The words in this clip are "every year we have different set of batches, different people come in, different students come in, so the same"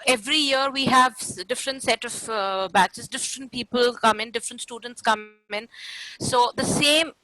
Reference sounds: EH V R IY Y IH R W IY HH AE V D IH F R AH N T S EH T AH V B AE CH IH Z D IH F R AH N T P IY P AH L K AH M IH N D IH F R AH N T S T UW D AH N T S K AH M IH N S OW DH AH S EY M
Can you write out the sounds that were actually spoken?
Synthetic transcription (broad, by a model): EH V R IY Y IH R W IY HH AE V D IH F R AH N T S EH T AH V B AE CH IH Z D IH F R AH N T P IY P AH L K AH M IH N D IH F R AH N T S T UW D AH N T S K AH M IH N S OW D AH S EY M